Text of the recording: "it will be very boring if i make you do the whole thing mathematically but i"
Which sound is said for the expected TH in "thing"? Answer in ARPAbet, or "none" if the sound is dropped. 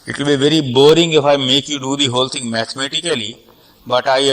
T